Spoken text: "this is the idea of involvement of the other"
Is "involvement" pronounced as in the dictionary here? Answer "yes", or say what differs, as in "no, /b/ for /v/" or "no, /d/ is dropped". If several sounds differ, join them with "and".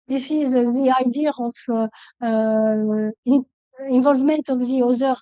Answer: yes